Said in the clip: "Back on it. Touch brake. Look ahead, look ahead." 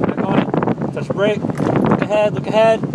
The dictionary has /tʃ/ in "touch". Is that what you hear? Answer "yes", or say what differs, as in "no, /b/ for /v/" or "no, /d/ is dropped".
no, /s/ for /tʃ/